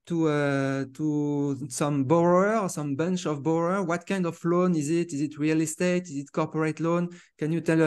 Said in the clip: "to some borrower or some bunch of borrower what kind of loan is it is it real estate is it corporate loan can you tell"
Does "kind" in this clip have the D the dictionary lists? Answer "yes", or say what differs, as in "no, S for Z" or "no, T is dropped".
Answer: yes